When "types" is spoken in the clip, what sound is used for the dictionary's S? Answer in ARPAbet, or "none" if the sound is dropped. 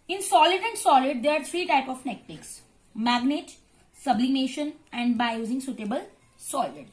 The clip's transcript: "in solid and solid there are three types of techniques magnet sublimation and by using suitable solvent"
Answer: none